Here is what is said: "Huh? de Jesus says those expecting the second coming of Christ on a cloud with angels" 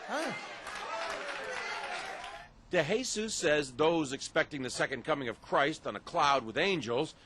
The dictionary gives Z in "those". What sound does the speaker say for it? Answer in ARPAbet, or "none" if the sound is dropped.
Z